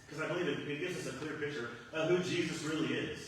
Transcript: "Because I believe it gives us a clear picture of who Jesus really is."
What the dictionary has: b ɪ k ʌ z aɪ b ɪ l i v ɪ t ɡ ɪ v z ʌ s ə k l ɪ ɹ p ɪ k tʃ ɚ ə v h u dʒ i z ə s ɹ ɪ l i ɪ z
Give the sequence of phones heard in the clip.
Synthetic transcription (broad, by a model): k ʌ z aɪ b ɪ l i v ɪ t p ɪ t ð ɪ s ə k l ɪ ɹ p ɪ k tʃ ɚ ə v h u dʒ i z ə s ɹ ɪ l i ɪ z